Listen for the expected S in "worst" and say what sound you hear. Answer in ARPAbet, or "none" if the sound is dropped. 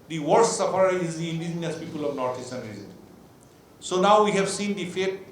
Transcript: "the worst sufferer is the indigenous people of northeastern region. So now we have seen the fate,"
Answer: none